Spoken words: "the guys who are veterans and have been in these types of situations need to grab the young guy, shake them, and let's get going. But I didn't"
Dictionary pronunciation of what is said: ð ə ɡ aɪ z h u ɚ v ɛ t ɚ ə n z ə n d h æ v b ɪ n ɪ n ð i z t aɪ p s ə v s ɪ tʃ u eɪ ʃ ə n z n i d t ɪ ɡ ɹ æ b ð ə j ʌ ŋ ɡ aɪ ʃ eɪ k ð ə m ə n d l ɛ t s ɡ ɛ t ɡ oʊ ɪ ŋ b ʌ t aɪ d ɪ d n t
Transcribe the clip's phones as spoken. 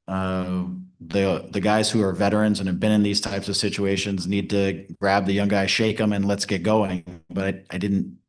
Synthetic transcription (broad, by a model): ð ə ɡ aɪ z h u ɚ v ɛ t ɚ ə n z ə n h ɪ v b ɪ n ɪ n ð i z t aɪ p s ə v s ɪ tʃ u eɪ ʃ ə n z n i d t ɪ ɡ ɹ æ b ð ə j ʌ ŋ ɡ aɪ ʃ eɪ k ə m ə n l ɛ t s ɡ ɛ t ɡ oʊ ɪ ŋ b ʌ t aɪ d ɪ d n t